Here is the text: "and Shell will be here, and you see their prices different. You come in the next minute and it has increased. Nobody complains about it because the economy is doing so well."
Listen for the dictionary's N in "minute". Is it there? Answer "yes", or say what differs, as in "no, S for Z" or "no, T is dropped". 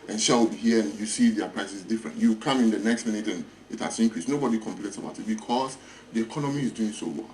yes